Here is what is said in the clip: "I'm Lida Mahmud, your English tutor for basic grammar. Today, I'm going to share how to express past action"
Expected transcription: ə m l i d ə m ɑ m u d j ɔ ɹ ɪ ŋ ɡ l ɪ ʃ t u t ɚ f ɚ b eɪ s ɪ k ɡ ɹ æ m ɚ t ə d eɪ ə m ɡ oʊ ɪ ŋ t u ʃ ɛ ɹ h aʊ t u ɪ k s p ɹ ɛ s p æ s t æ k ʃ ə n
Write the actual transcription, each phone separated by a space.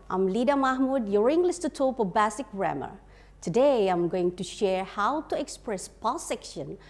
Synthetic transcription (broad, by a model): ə m l i d ə m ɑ m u d j ɔ ɹ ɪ ŋ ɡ l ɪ s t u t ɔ p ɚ b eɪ s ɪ k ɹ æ m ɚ t ə d eɪ ə m ɡ oʊ ɪ ŋ t u ʃ ɛ ɹ h aʊ t u ɪ k s p ɹ ɛ s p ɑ s ɛ k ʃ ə n